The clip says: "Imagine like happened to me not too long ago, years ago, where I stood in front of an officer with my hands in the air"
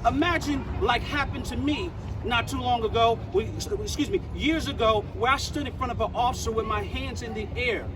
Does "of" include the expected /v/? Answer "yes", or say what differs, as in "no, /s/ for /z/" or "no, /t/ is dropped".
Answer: yes